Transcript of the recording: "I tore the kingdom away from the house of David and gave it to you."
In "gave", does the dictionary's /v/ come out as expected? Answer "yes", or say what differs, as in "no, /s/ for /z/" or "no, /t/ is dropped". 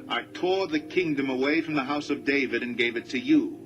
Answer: yes